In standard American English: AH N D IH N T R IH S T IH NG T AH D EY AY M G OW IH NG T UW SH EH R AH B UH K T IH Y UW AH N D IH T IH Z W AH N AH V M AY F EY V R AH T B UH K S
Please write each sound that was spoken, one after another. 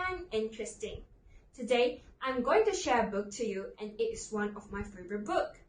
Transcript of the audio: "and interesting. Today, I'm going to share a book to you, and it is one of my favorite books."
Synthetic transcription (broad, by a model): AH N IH N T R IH S T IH NG T AH D EY AY M G OW IH NG T UW SH EH R AH B UH K T IH Y UW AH N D IH T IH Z W AH N AH V M AY F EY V AH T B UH K